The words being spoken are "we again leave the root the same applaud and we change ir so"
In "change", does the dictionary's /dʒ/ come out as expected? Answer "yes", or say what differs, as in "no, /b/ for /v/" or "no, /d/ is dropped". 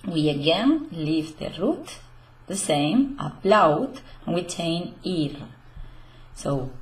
no, /dʒ/ is dropped